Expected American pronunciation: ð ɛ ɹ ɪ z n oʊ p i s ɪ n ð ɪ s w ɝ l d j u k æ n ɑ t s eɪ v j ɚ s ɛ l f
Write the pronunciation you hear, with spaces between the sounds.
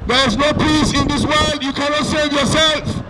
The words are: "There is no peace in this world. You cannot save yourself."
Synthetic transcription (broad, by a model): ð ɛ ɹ ɪ z n oʊ p i s ɪ n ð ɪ s w ɝ l d j u k æ n ɑ t s eɪ v j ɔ s ɛ l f